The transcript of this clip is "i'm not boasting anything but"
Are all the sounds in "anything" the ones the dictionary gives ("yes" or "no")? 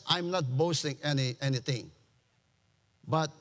no